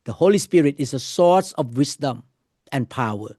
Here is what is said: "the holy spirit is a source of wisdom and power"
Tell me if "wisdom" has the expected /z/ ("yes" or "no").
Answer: no